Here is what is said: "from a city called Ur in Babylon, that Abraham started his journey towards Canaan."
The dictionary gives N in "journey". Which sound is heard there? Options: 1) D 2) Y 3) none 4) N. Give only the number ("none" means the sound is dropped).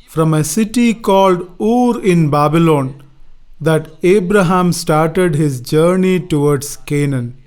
4